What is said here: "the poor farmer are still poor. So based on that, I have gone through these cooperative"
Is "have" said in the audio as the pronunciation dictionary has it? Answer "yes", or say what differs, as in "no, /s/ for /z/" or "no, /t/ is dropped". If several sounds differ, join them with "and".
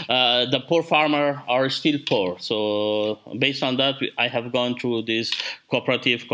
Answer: yes